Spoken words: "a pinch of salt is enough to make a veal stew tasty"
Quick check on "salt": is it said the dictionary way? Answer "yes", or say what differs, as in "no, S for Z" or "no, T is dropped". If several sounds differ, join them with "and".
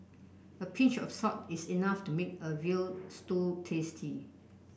no, L is dropped